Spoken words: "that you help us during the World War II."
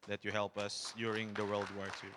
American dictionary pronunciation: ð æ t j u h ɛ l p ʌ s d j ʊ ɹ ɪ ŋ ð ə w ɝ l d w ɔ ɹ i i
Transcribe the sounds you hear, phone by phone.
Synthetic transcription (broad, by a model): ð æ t j u h ɛ l p ʌ s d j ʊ ɹ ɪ ŋ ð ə w ɝ l d w ɔ ɹ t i